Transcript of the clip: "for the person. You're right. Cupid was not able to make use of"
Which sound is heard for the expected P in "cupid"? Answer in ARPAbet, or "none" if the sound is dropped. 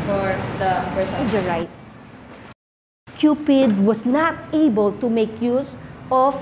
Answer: P